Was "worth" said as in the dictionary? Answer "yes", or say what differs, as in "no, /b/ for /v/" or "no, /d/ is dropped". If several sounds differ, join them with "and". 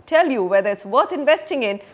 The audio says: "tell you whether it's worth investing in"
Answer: no, /t/ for /θ/